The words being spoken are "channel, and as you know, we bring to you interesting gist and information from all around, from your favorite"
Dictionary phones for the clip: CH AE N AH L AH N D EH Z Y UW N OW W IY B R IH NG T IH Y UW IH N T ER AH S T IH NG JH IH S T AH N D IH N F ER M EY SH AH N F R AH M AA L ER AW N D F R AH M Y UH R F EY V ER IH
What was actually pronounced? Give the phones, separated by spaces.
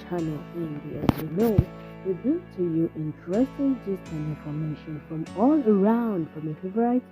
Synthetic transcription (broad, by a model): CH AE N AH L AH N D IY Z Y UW N OW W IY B IH T IH Y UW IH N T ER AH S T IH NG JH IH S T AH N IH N F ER M EY SH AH N F R AH M AA L ER AW N D F R AH M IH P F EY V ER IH